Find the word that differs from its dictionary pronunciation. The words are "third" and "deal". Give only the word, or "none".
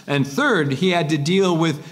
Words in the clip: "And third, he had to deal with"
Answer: none